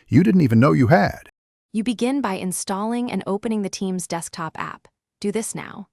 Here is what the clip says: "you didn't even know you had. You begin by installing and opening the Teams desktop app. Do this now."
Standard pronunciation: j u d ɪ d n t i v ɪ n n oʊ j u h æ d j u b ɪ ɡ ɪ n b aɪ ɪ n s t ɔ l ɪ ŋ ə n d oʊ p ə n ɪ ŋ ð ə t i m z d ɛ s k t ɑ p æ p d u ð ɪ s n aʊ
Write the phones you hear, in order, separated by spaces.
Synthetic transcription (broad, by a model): j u d ɪ d n t i v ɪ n n oʊ j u h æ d j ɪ b ɪ ɡ ɪ n b aɪ ɪ n s t ɔ l ɪ ŋ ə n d oʊ p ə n ɪ ŋ ð ə t i m z d ɛ s k t ɑ p æ p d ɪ ð ɪ s n aʊ